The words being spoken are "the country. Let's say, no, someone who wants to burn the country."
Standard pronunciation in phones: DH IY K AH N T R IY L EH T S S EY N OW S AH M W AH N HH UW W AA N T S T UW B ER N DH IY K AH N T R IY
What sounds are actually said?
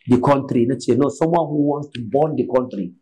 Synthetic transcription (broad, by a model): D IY K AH N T R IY N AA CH EY N OW S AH M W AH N HH UW W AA N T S T UW B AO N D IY K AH N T R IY